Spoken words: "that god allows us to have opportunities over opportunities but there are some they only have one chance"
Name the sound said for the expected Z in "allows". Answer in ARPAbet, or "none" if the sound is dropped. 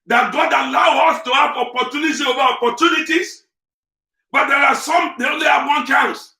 none